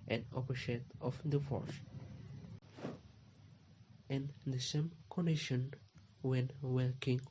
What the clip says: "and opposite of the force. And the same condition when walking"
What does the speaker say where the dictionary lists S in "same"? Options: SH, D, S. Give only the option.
S